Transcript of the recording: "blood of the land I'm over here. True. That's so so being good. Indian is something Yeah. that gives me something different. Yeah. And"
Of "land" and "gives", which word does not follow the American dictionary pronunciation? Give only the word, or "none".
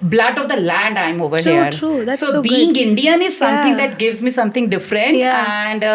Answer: none